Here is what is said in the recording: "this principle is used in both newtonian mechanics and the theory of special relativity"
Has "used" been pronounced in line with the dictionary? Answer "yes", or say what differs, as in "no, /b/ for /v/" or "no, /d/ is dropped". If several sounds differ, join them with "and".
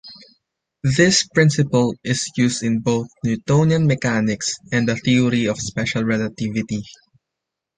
no, /s/ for /z/